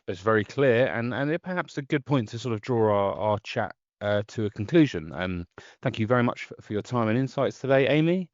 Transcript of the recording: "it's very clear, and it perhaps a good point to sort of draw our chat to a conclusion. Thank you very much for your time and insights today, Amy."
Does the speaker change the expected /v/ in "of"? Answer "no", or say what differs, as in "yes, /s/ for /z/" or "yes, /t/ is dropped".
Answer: no